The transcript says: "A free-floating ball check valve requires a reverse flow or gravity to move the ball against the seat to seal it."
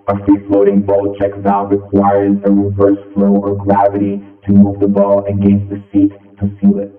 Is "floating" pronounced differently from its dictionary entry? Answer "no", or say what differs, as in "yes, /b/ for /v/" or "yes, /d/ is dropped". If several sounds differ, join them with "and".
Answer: no